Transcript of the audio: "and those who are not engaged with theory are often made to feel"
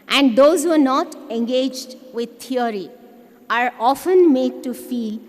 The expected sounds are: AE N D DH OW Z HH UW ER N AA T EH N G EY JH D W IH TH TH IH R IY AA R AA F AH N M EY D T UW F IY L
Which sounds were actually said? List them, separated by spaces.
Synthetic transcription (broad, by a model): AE N D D OW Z HH UW ER N AA T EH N G EY JH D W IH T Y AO R IY AA R AA F AH N M EY D T UW F IY L